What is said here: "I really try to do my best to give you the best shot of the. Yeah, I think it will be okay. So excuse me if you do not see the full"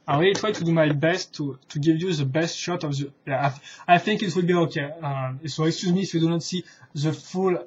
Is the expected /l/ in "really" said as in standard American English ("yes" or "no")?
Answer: no